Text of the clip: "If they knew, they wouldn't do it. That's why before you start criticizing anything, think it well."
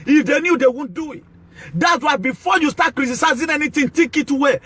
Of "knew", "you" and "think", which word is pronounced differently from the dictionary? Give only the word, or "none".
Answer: think